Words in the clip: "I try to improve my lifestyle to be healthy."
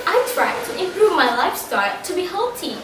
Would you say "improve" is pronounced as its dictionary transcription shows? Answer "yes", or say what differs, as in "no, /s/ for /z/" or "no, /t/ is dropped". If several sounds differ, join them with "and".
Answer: yes